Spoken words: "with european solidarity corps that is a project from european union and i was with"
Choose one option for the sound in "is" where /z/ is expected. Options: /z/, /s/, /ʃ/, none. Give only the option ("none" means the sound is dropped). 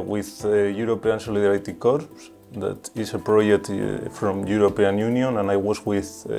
/s/